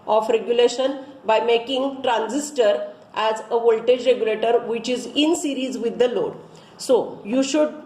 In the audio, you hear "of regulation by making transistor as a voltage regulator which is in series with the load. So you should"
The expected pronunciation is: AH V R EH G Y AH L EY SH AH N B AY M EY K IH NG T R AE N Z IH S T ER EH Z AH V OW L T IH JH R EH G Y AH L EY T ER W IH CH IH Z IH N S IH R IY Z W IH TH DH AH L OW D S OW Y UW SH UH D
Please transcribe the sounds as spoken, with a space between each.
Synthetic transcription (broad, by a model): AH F R EH G Y AH L EY SH AH N B AY M EY K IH NG T R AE N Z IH S T ER EH Z AH V OW L T IH JH R EH G Y AH L EY T ER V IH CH IH Z IH N S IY R IY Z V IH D AH L OW D S OW Y UW SH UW D